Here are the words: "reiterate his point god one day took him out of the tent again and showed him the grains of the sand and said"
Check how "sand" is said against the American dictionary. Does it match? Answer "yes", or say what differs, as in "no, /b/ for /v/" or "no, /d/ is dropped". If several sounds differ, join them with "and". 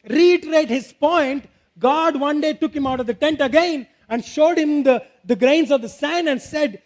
no, /d/ is dropped